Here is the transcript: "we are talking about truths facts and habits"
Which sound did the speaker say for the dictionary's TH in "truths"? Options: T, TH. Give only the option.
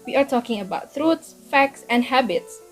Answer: T